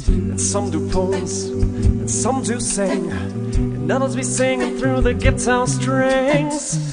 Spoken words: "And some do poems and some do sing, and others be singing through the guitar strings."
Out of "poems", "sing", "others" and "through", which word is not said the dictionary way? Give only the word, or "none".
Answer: poems